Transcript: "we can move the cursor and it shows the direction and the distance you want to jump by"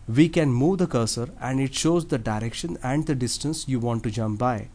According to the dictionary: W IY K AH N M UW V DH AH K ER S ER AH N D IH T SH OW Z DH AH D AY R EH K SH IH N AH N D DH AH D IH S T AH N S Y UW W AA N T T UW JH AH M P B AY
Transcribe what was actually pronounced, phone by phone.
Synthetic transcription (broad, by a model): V IY K AH N M UW V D AH K ER S ER AH N D IH T SH OW Z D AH D AY R EH K SH IH N AH N D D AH D IH S T AH N S Y UW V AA N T T UW JH AH M P B AY